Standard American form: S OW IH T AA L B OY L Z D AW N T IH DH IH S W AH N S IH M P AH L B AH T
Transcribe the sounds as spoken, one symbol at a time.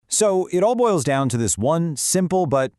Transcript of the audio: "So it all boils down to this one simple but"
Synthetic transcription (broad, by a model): S OW IH T AA L B OY L Z D AW N T IH DH IH S W AH N S IH M P L B AH T